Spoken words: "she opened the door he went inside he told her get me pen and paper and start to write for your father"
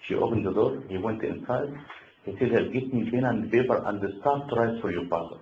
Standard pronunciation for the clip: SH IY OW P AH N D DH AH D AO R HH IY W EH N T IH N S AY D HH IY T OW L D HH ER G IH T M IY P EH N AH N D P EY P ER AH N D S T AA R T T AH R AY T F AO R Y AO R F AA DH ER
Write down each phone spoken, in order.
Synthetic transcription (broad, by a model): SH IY OW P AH N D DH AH D AO R HH IY W EH N T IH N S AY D HH IY S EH D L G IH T M IY B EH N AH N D B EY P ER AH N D S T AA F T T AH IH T F AO R Y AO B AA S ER